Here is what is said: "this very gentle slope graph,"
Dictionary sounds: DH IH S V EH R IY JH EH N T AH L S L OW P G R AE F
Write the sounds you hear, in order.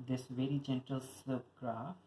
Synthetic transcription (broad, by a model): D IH S V EH R IY JH EH N T AH L S OW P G R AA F